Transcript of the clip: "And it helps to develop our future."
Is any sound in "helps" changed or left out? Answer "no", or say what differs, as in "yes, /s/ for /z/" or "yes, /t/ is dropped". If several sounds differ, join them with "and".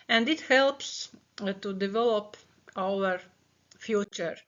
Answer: no